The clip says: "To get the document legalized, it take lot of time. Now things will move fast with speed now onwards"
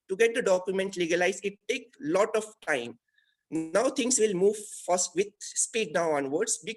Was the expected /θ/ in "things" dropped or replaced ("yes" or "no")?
yes